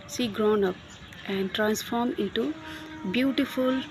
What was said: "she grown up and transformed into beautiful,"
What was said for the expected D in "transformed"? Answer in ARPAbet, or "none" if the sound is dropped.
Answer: none